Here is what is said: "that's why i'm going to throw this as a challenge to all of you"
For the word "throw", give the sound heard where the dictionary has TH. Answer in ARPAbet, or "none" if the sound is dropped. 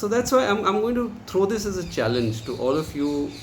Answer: T